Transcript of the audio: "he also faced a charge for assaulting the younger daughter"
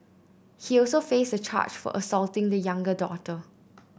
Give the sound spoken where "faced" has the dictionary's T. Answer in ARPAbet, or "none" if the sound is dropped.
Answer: none